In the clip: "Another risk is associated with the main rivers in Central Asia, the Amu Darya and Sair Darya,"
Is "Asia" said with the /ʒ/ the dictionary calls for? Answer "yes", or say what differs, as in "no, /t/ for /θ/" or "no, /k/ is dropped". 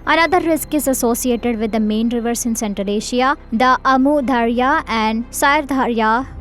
no, /ʃ/ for /ʒ/